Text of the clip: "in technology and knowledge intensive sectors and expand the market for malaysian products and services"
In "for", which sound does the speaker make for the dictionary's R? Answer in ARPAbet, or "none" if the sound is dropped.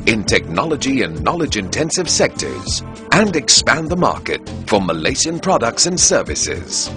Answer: R